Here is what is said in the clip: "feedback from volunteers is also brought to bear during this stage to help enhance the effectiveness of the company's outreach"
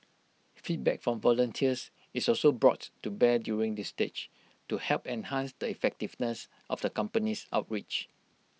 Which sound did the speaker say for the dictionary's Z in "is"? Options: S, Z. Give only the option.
S